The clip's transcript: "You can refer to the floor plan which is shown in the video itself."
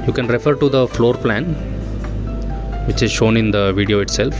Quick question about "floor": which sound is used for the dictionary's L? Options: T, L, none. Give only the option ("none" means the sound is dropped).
L